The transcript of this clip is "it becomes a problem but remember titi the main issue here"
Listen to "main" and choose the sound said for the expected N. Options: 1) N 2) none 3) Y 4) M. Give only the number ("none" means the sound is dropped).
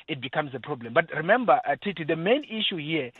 1